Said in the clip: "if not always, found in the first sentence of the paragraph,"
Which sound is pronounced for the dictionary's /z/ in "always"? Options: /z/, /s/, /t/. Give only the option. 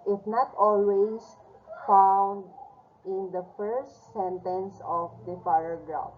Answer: /s/